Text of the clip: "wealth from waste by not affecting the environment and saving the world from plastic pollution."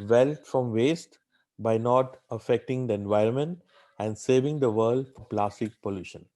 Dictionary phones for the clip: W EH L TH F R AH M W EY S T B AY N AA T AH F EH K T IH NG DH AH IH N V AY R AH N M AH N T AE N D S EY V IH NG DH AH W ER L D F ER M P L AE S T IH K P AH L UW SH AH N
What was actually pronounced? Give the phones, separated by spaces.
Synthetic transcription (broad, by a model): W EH L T F R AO M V EY S T B AY N AA T AH F EH K T IH NG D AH IH N V AY R AH N M AH N T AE N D S EY V IH NG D AH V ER L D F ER P L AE S T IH K P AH L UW SH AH N